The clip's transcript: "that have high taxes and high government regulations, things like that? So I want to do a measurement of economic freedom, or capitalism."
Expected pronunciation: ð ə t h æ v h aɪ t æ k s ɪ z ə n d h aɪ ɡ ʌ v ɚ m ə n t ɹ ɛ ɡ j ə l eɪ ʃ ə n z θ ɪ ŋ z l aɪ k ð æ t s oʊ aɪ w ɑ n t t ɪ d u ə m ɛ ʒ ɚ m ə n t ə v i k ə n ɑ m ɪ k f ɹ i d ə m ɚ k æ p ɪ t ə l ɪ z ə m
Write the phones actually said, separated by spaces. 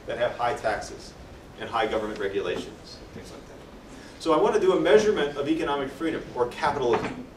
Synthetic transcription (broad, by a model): ð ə t h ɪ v h aɪ t æ k s ɪ z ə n h aɪ ɡ ʌ v ɚ m ə n t ɹ ɛ ɡ j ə l eɪ ʃ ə n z θ ɪ ŋ z l aɪ k ð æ t s oʊ aɪ w ɑ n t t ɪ d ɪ ə m ɛ ʒ ɚ m ə n t ə v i k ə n ɑ m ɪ k f ɹ i d ə m ɚ k æ p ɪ t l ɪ z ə m